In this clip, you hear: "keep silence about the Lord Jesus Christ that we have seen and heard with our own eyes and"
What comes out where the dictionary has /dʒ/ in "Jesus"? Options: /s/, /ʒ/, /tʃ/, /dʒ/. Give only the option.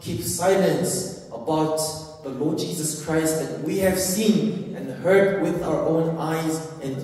/dʒ/